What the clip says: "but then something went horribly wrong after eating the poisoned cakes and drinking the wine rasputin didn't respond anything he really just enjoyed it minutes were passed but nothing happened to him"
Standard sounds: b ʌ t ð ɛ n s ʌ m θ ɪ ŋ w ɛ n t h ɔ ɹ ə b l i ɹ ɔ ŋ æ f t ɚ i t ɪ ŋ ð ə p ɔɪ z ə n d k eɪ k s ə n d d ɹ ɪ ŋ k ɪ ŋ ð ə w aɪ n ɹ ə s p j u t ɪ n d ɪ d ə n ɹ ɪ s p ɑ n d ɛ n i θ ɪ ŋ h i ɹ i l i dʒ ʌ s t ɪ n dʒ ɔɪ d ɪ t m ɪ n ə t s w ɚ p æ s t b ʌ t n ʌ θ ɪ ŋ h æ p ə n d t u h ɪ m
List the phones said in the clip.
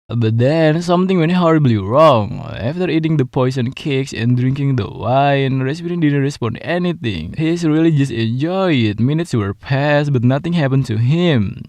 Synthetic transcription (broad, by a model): b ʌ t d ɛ n s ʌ m t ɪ ŋ w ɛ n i h ɔ ɹ ə b l i ɹ ɔ ŋ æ f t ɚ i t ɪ ŋ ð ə p ɔɪ s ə n k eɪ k s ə n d d ɹ ɪ ŋ k ɪ ŋ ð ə w aɪ n ɹ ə s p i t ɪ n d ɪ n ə ɹ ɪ s p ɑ n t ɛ n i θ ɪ ŋ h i ɹ i l i dʒ ʌ s t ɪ n dʒ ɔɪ ɪ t m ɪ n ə t s w ɚ p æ s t b ʌ t n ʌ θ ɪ ŋ h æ p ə n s t u h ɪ m